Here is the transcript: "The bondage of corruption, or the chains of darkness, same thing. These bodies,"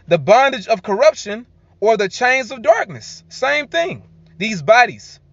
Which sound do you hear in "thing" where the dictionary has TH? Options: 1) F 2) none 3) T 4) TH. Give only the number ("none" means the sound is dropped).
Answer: 4